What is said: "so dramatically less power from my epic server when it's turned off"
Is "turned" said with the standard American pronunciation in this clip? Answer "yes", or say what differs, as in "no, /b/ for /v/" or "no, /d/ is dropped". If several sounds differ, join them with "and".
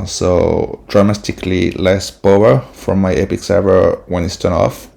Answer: no, /d/ is dropped